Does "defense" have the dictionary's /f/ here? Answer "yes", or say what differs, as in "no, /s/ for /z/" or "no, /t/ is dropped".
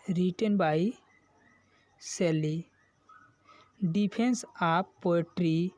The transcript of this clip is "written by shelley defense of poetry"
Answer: no, /p/ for /f/